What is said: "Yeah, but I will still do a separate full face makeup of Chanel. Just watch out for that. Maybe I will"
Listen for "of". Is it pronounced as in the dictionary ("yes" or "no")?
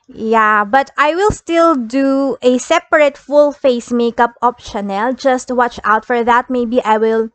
no